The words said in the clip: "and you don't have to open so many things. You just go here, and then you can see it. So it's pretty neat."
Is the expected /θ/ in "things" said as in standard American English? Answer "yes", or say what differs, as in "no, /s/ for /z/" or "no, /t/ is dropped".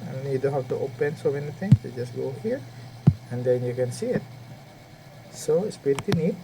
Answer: no, /t/ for /θ/